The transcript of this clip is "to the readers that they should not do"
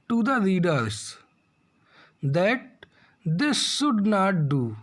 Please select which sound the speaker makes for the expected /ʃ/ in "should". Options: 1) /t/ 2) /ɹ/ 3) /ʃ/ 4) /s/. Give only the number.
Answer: 4